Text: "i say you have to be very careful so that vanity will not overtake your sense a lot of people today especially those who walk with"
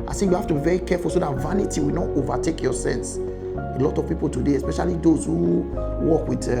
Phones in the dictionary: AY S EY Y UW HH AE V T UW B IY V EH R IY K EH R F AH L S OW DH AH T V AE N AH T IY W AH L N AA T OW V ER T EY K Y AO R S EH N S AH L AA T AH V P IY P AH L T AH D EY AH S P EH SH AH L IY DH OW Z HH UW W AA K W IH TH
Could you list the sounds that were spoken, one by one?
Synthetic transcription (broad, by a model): AY S EY Y UW HH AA F T UW B IY V EH R IY K EH F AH L S OW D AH T V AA N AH T IY W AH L N AA T OW V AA T EY K Y AO S EH N S AH L AA T AH V P IY P AH L T AH D EY AH S P EH SH AH L IY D OW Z HH UW W AA K W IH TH